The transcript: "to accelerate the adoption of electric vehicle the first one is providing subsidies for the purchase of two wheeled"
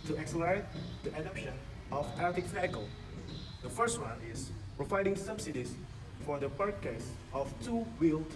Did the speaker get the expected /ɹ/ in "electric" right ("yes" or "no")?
no